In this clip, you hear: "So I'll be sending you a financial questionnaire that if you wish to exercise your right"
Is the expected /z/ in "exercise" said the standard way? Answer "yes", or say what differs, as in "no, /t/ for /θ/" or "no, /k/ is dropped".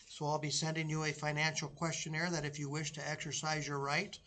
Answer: yes